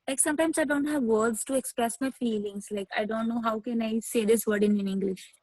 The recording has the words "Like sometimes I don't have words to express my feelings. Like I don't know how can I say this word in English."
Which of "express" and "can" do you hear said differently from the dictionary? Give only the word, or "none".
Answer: none